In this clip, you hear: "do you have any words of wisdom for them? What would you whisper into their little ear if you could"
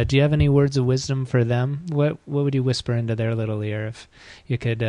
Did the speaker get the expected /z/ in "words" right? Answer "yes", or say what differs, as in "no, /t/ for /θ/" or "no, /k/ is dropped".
yes